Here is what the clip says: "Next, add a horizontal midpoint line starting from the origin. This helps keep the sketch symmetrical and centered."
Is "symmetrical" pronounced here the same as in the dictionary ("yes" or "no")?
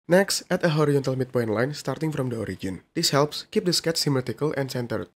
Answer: no